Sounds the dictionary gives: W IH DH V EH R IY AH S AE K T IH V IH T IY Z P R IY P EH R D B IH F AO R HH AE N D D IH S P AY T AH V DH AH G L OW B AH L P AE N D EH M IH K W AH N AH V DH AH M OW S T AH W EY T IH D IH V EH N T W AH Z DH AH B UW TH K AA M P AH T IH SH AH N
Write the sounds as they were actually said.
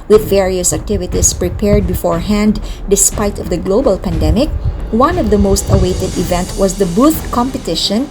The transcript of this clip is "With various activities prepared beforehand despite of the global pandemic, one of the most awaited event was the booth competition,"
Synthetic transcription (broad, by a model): W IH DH V EH R IY AH S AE K T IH V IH T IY S P R IY P EH R D B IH F AO R HH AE N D D IH S P AY T AH V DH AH G L OW B AH L P AE N D EH M IH K W AH N AH V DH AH M OW S T AH W EY T IH D IH V EH N T W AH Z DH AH B UW TH K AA M P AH T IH SH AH N